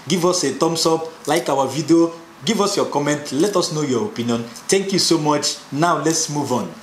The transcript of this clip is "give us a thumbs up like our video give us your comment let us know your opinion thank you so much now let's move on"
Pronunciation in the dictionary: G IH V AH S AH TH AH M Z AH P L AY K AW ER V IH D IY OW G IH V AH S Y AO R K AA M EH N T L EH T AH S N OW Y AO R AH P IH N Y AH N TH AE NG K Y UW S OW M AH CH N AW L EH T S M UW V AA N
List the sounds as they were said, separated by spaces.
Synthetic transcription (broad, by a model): G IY V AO S AH T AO M S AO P L AY K AW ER V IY D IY OW G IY V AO S Y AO K AA M EH N T L EH T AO S N OW Y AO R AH P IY N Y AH N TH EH NG K Y UW S OW M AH CH N AW L EH T S M UW V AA N